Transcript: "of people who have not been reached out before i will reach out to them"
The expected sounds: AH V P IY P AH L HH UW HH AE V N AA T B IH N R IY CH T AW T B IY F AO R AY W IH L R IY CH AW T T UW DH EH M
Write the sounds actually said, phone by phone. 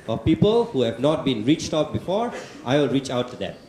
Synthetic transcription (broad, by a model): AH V P IY P AH L HH UW HH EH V N AA T B IH N R IY CH T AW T B IY F AO R AY W IH L R IY CH AW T T UW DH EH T